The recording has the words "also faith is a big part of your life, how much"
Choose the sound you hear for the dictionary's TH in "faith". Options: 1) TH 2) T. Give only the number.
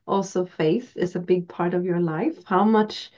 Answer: 1